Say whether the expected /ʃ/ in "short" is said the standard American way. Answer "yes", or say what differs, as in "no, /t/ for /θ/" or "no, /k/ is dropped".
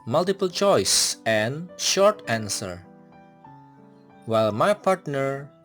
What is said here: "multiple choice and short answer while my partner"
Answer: yes